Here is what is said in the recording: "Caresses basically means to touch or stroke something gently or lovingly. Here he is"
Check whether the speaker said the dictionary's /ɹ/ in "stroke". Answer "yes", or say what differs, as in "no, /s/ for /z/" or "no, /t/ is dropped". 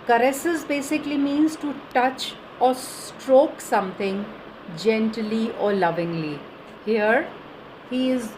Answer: yes